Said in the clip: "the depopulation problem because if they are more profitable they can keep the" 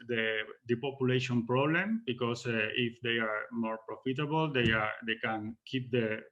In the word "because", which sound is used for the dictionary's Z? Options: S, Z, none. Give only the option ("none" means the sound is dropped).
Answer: S